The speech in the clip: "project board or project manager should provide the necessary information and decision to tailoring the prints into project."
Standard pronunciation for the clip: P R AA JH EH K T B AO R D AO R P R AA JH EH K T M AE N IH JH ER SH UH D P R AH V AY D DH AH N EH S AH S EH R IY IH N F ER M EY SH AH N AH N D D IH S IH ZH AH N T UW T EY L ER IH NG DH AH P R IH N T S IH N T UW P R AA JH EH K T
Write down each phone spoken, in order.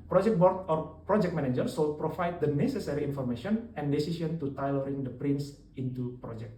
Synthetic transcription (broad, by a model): P R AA JH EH K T B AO R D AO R P R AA JH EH K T M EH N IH JH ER S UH P R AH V AY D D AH N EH S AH S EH R IY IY N F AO M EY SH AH N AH N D D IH S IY S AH N T UW T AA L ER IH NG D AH P R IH N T S IH N T UW P R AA JH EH K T